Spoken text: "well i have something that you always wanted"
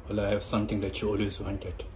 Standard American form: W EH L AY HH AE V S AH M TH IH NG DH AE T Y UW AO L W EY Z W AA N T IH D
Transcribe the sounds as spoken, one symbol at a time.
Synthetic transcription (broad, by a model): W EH L AY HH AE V S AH M T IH NG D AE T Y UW AO L W EY Z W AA N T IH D